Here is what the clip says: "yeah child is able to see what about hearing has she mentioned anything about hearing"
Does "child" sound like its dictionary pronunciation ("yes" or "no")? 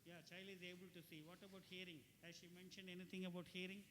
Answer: no